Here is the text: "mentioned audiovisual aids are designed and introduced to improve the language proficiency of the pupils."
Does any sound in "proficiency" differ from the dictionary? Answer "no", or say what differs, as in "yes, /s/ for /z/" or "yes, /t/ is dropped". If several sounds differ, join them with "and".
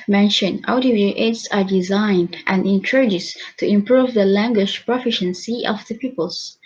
no